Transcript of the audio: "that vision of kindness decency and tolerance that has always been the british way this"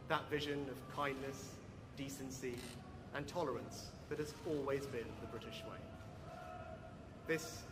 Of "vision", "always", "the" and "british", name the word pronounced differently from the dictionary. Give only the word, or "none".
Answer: none